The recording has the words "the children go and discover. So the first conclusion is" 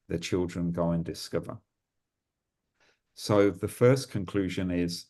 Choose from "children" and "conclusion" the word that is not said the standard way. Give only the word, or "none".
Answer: none